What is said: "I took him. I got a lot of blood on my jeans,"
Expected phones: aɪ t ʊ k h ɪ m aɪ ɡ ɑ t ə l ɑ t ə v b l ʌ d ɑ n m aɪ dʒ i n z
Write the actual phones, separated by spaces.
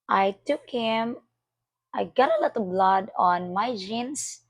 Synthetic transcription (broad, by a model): aɪ t ʊ k h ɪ m aɪ ɡ ɑ t ə l ɑ t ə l b l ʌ d ɑ n m aɪ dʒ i n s